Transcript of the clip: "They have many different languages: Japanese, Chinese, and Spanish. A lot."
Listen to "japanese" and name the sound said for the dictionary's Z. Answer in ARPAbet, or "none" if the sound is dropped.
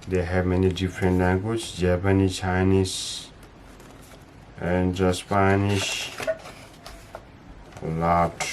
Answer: none